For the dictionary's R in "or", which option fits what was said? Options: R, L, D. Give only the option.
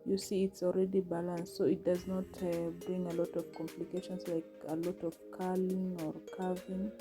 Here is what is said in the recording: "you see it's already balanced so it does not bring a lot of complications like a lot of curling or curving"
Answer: R